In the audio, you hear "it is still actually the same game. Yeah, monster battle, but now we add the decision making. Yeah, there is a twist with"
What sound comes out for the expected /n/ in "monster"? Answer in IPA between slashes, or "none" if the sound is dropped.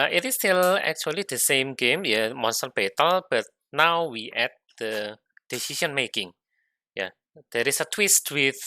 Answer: /n/